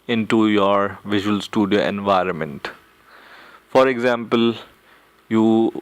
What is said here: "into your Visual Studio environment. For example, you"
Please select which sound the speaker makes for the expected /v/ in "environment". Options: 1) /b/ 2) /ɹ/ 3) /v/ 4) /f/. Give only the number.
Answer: 3